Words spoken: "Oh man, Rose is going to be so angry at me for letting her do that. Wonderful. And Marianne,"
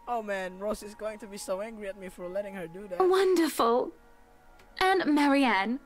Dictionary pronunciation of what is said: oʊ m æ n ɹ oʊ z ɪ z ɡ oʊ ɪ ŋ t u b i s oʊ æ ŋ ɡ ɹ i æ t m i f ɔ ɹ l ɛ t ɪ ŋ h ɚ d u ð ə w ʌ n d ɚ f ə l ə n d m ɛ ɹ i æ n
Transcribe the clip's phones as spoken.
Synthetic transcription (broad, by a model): oʊ m æ n ɹ oʊ s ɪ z ɡ oʊ ɪ ŋ t u b i s oʊ æ ŋ ɡ ɹ i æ t m i f ɔ ɹ l ɛ t ɪ ŋ h ɚ d u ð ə w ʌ n d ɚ f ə l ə n m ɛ ɹ i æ n